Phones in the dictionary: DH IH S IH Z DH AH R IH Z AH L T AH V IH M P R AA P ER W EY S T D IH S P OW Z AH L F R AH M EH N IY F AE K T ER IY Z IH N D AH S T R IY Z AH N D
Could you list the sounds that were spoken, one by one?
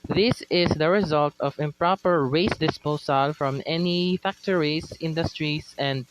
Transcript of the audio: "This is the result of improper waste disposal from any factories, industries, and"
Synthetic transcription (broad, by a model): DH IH S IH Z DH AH R IH Z AH L T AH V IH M P R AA P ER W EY S D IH S P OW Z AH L F R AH M EH N IY F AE K T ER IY S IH N D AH S T R IY S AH N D